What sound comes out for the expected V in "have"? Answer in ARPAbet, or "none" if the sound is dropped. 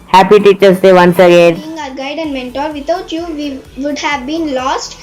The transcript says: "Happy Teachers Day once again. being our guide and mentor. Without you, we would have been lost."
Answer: V